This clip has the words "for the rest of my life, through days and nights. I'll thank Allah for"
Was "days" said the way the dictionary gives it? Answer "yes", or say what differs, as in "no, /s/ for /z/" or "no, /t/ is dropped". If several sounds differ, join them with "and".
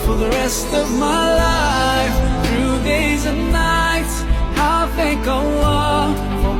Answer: yes